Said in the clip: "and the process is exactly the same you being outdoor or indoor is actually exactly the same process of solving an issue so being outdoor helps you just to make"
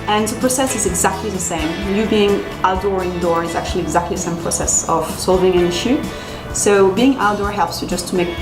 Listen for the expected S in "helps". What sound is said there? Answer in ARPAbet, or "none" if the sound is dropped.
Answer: S